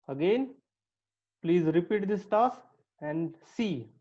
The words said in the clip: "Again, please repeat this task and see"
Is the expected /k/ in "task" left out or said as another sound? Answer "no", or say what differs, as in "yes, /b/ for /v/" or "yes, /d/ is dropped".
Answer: yes, /k/ is dropped